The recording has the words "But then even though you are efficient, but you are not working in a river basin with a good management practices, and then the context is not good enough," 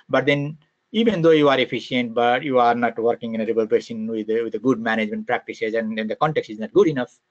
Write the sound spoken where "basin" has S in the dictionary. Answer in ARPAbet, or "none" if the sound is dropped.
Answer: SH